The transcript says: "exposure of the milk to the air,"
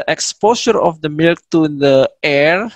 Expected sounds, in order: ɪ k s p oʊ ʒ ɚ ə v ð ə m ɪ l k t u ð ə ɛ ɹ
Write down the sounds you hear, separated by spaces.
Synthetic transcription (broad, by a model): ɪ k s p oʊ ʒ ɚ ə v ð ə m ɪ l k t u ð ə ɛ ɹ